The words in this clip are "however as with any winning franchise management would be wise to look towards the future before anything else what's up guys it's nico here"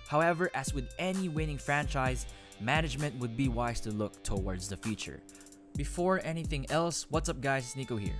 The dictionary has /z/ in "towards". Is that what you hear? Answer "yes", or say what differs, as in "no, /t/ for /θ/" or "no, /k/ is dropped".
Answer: yes